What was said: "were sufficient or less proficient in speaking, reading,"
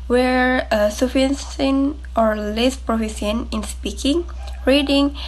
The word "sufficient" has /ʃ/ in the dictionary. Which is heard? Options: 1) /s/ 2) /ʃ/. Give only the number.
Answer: 1